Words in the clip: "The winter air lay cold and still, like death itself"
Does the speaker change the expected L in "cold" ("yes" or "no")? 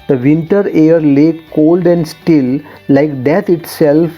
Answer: no